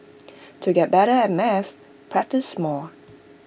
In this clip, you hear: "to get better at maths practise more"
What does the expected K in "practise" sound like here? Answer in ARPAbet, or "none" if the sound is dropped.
K